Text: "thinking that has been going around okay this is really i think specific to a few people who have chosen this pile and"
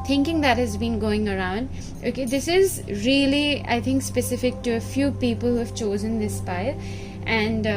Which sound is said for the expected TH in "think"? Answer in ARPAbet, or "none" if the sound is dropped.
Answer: T